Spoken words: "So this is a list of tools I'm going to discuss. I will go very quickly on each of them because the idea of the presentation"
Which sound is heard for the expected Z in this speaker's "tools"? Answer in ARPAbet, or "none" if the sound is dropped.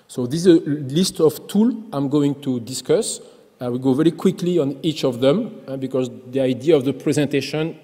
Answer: none